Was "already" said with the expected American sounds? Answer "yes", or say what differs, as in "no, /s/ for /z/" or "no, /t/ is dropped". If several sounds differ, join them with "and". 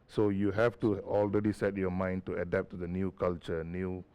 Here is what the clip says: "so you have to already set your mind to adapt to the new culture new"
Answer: yes